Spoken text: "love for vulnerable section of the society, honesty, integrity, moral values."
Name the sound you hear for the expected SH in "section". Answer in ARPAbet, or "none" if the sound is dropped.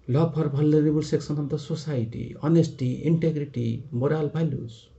S